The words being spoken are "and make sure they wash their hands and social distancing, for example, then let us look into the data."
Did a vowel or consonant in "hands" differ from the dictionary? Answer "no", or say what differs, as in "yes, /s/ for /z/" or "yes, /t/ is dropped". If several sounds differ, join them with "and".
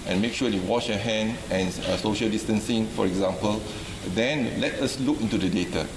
yes, /z/ is dropped